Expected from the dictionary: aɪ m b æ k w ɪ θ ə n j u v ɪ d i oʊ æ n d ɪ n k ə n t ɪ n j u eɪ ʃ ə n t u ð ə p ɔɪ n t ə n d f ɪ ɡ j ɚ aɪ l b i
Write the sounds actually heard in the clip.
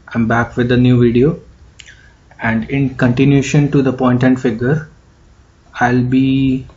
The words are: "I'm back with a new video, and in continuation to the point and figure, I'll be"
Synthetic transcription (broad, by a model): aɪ m b æ k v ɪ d ə n j u v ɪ d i oʊ æ n d ɪ n k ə n t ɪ n j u ʃ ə n t u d ə p ɔɪ n t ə n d f ɪ ɡ j ɚ aɪ l b i